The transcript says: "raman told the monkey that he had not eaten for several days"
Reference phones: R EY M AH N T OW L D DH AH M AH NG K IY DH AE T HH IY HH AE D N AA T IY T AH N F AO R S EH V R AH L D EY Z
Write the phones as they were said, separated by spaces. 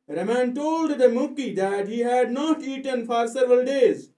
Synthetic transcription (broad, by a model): R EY M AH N T OW L D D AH M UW K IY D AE T HH IY HH AE D N AA T IY T AH N F AO R S EH V R AH L D EY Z